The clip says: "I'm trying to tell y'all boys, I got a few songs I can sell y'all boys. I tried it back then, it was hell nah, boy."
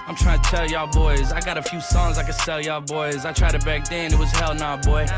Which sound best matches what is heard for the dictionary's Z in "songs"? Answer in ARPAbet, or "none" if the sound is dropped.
Z